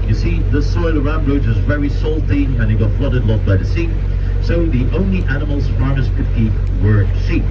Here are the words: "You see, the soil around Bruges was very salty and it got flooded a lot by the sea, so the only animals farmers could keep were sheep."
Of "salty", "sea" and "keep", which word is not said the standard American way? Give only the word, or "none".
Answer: none